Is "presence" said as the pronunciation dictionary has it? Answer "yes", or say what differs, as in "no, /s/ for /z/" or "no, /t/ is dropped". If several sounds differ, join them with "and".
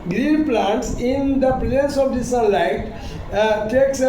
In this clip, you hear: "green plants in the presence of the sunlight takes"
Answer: no, /n/ is dropped